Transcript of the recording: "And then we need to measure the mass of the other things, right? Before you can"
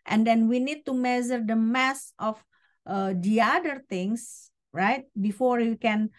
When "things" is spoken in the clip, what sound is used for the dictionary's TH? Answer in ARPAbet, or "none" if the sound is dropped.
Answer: T